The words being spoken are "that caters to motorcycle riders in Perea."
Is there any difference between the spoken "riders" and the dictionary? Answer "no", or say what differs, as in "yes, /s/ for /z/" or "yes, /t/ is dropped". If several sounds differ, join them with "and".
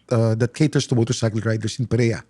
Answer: yes, /s/ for /z/